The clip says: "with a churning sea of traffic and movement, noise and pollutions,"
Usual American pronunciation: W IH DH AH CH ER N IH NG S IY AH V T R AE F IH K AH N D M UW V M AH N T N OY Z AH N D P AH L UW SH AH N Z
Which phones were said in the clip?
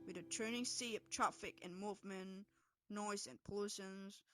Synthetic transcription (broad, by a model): W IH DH AH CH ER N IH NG S IY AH P T R AE F IH K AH N M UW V M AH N N OY Z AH N P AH L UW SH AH N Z